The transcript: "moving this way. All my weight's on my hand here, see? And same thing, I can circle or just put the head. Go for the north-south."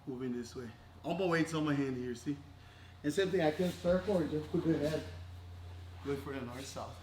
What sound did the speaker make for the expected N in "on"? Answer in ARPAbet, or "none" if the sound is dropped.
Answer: L